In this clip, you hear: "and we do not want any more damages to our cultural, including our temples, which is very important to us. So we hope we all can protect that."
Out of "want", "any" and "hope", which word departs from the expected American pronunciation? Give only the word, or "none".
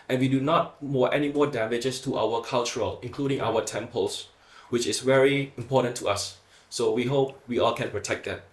want